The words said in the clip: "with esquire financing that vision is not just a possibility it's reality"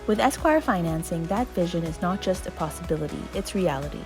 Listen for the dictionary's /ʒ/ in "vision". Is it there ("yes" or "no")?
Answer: yes